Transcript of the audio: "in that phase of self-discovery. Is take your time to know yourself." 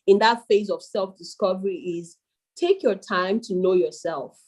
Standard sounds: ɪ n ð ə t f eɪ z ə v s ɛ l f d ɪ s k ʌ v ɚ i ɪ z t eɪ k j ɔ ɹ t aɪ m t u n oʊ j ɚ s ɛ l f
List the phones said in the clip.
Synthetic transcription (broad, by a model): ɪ n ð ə t f eɪ z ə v s ɛ l f d ɪ s k ʌ v ɚ i ɪ z t eɪ k j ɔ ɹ t aɪ m t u n oʊ j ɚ s ɛ l f